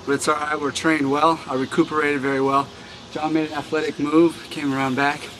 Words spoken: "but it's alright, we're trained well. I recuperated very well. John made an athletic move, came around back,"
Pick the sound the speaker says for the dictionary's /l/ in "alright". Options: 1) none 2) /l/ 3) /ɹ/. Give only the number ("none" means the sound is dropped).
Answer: 1